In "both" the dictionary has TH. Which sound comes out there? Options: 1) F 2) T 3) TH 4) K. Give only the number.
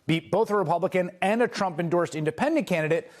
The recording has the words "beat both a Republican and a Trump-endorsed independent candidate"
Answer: 3